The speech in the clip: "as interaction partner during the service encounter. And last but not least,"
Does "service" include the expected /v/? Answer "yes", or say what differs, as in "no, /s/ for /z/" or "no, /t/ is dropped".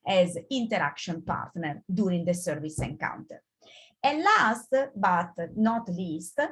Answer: yes